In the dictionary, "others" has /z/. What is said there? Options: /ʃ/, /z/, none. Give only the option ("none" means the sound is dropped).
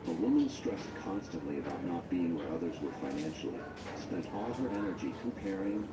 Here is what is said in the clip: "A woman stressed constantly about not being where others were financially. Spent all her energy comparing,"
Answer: /z/